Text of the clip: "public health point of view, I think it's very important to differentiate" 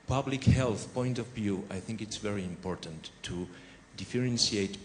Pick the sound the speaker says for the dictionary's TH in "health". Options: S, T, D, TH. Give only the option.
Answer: TH